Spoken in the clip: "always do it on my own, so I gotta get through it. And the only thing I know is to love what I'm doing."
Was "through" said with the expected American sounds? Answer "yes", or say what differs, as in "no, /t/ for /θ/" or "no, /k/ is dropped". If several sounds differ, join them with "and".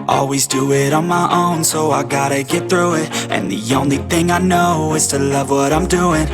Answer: yes